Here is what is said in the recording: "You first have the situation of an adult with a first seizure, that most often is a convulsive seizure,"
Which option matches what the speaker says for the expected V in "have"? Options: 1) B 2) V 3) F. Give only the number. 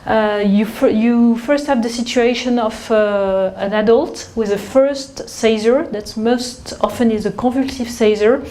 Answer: 2